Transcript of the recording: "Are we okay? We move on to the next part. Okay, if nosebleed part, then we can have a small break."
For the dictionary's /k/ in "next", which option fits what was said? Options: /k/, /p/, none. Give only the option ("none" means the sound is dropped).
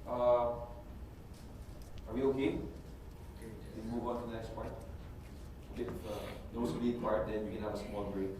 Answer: /k/